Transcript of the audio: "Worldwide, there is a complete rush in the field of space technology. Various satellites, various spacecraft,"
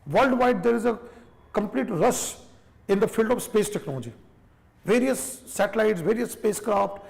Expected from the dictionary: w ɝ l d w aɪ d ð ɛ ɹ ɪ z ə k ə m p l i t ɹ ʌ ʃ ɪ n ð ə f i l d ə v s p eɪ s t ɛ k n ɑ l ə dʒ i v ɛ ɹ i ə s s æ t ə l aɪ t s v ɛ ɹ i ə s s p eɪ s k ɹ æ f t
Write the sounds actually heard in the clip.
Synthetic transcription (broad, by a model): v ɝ l d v aɪ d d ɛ ɹ ɪ z ə k ə m p l i t ɹ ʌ s ɪ n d ə f i l d ə v s p eɪ s t ɛ k n ɑ l ə dʒ i v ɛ ɹ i ə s s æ t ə l aɪ t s v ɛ ɹ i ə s s p eɪ s k ɹ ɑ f t